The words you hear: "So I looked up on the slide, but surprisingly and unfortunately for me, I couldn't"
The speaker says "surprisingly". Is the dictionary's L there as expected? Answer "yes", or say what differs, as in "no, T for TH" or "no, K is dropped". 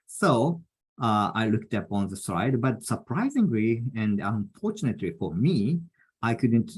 yes